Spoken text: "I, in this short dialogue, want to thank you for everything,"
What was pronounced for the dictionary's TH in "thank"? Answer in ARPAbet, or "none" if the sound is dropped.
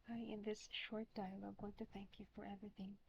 TH